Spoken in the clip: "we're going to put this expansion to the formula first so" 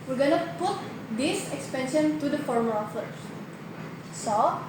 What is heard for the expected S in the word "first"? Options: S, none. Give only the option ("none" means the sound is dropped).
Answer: none